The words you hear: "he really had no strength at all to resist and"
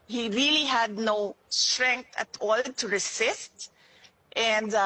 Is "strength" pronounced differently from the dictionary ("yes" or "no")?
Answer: yes